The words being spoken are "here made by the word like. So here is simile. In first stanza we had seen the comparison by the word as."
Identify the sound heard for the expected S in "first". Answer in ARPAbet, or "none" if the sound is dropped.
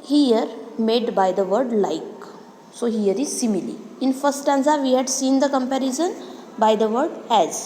none